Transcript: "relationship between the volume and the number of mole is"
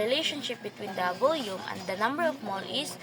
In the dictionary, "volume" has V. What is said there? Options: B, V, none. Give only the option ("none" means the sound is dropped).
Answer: B